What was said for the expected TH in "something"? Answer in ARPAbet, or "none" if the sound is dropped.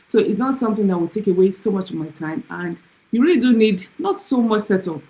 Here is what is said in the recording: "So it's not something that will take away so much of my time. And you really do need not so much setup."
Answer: TH